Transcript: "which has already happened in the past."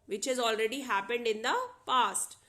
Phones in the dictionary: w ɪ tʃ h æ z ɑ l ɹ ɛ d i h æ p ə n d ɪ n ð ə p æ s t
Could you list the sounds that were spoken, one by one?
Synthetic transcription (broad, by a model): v ɪ tʃ h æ z ɑ l ɹ ɛ d i h æ p ə n d ɪ n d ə p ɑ s t